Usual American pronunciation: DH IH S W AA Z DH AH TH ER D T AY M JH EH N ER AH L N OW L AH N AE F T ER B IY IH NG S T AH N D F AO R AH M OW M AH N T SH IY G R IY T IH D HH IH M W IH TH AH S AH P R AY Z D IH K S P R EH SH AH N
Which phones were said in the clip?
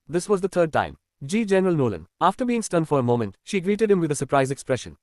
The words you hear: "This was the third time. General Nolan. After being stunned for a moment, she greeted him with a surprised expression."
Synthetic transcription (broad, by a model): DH IH S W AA Z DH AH T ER D T AY M JH EH N ER AH L N OW L AH N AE F T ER B IY IH NG S T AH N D F AO R AH M OW M AH N T SH IY G R IY T IH D HH IH M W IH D AH S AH P R AY Z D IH K S P R EH SH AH N